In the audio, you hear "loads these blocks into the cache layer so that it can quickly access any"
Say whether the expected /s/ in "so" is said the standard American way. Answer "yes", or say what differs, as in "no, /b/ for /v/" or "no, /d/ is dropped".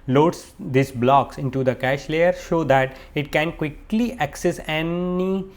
no, /ʃ/ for /s/